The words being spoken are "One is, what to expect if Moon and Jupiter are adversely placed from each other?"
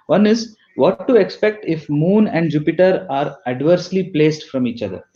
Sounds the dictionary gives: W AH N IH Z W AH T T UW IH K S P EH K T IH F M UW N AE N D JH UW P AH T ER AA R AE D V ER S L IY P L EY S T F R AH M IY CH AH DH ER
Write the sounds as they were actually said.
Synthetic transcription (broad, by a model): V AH N IH Z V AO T T UW IH K S P EH K T IH F M UW N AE N D JH UW P AH T ER AA R AE D V ER S L IY P L EY S T F R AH M IY CH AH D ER